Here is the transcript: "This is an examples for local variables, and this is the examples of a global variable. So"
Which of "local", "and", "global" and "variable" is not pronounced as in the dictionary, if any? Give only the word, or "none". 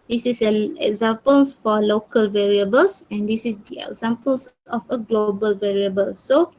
none